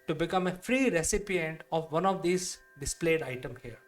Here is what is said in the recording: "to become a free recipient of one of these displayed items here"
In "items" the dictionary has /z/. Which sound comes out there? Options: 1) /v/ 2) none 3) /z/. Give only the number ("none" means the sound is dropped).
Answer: 2